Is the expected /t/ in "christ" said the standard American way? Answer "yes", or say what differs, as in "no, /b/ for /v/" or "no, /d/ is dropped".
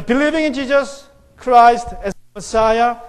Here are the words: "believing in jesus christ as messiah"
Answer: yes